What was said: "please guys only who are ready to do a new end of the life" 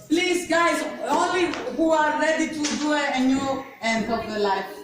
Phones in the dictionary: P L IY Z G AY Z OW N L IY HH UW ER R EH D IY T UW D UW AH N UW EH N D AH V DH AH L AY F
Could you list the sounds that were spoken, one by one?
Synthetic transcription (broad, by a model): P L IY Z G AY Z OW L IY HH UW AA R EH D IY T UW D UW AH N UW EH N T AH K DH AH L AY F